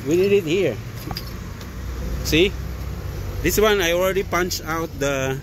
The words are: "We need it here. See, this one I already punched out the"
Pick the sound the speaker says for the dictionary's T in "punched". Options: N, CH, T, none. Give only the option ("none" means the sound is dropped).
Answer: none